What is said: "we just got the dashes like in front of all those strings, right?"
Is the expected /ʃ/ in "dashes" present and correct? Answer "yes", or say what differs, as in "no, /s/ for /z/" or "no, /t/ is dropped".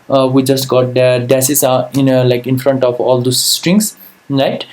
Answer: no, /s/ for /ʃ/